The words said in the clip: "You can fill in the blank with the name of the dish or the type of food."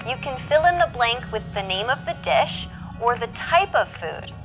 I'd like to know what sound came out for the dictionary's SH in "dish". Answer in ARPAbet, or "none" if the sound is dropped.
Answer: SH